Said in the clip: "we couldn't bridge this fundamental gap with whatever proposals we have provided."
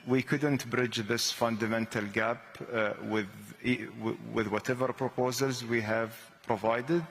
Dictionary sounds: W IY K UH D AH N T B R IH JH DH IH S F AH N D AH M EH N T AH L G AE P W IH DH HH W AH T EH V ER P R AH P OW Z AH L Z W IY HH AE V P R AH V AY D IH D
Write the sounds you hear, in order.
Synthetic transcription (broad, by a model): W IY K UH D AH N T B R IH JH DH IH S F AH N D AH M EH N T AH L G AE P W IH DH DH W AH T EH V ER P R AH P OW Z AH L Z W IY HH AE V P R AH V AY D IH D